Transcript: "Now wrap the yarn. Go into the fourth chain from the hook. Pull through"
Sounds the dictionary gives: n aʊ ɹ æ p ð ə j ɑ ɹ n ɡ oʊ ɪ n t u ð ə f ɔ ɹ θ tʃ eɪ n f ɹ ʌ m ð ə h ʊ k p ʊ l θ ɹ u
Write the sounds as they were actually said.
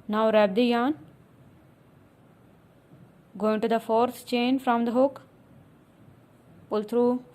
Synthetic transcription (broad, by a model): n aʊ ɹ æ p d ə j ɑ n ɡ oʊ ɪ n t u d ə f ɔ ɹ t tʃ eɪ n f ɹ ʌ m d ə h ʊ k p ʊ l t ɹ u